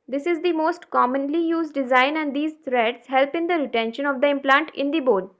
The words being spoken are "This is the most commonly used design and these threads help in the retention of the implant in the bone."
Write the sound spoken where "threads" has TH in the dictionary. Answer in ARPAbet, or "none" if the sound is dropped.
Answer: T